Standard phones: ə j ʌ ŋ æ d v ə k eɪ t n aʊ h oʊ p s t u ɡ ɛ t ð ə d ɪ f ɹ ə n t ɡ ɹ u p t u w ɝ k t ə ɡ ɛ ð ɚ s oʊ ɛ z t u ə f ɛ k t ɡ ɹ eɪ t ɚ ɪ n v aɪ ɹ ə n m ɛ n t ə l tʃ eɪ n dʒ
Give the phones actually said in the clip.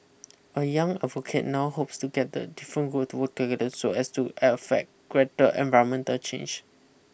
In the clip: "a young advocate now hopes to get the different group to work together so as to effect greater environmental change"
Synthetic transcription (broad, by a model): ə j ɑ ŋ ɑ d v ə k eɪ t n aʊ h oʊ p s t u ɡ ɛ t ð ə d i f ɹ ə n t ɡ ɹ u t u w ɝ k t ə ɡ ɛ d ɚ s oʊ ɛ s t u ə f ɛ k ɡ ɹ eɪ t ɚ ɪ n v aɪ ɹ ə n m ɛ n t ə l tʃ eɪ n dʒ